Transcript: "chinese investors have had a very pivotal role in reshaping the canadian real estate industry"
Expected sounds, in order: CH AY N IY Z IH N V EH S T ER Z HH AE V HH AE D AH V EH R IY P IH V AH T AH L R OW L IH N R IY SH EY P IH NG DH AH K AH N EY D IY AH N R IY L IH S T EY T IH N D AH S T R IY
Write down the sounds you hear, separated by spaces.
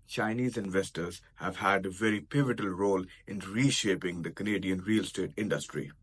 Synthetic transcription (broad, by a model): CH AY N IY Z IH N V EH S T ER Z HH AE V HH AE D AH V EH R IY P IH V AH T AH L R OW L IH N R IY SH EY P IH NG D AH K AH N EY D IY AH N R IY L S T EY T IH N D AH S T R IY